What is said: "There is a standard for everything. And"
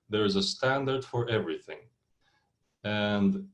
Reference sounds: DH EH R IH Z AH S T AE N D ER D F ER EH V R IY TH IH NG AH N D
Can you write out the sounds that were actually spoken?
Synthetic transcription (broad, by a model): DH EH R IH Z AH S T AE N D ER D F ER EH V R IY TH IH NG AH N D